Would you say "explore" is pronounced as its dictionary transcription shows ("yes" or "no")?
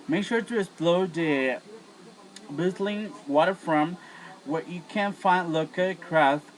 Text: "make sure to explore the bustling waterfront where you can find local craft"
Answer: no